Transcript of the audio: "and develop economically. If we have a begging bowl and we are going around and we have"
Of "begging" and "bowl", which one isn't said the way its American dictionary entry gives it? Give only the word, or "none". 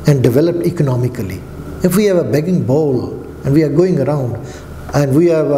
none